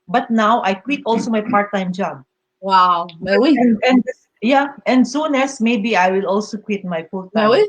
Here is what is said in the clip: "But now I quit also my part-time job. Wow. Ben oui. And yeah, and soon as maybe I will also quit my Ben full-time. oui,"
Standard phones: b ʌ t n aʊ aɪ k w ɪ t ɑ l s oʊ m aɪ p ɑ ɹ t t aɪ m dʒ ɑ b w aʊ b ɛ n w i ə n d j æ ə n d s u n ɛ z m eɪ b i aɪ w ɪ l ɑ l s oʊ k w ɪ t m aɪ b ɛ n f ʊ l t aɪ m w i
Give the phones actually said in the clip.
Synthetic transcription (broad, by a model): b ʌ t n aʊ aɪ k w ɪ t ɑ l s oʊ m aɪ p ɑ ɹ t t aɪ m dʒ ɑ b w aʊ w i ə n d j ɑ ə n d s u n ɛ s m eɪ b i aɪ w ɪ l ɑ l s oʊ k w ɪ t m aɪ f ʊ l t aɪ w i